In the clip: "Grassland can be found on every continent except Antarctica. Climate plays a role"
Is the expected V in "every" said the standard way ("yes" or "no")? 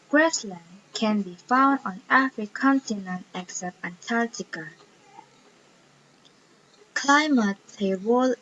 no